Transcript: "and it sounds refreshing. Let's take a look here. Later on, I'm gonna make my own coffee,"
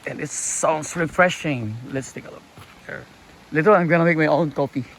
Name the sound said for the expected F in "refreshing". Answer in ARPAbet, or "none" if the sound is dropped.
F